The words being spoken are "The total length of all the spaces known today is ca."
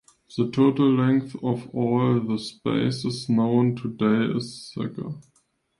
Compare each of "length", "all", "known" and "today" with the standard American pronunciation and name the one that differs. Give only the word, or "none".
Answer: none